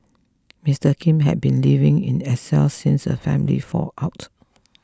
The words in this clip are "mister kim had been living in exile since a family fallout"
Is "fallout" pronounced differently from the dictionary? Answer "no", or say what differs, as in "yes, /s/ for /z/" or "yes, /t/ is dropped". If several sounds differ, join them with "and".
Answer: yes, /l/ is dropped